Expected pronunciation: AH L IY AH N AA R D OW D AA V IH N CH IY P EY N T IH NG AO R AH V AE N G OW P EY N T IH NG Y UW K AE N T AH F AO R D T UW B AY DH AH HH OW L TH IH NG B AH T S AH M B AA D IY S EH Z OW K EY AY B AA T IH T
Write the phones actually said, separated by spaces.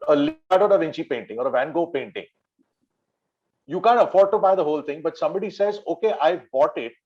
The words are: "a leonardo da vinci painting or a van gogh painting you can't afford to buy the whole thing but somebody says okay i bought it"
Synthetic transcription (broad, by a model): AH L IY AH IH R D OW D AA V IH N CH IY P EY N T IH NG AO R AH V AE N G OW P EY N T IH NG Y UW K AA N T AH F AO R D T UW B AY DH AH HH OW L T IH NG B AH T S AH M B AA D IY S EH Z OW K EY AY B AA T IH T